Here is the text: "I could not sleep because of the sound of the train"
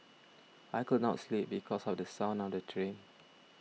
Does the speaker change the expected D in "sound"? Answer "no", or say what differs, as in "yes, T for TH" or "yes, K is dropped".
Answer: yes, D is dropped